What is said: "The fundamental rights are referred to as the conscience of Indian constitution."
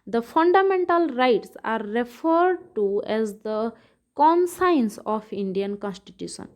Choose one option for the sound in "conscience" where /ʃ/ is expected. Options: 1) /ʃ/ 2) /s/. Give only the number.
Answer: 2